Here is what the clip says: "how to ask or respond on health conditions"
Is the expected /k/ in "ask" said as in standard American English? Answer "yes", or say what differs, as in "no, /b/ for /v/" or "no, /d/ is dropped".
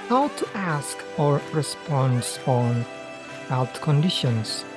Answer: yes